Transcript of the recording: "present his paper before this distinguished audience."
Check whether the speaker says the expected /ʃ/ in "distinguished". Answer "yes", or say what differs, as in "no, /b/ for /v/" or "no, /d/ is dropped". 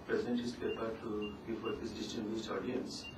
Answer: no, /s/ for /ʃ/